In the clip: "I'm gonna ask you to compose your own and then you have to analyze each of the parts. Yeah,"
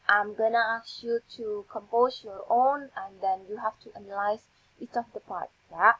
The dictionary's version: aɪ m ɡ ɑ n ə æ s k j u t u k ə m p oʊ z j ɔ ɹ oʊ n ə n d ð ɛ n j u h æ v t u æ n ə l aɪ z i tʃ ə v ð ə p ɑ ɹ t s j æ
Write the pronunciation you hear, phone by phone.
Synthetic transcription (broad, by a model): aɪ m ɡ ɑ n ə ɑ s j u t u k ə m p oʊ s j ɔ ɹ oʊ n ə n d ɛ n j u h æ f t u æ n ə l aɪ s i tʃ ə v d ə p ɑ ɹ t j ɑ